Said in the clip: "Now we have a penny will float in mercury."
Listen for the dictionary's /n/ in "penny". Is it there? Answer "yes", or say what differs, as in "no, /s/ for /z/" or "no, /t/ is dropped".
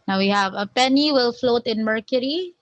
yes